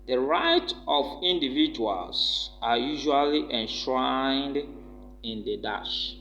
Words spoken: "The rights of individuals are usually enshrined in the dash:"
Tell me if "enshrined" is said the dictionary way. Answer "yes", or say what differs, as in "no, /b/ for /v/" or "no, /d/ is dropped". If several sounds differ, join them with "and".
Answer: yes